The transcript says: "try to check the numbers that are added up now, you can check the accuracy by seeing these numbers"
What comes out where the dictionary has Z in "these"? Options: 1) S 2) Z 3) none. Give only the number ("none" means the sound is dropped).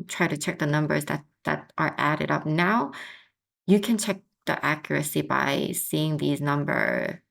2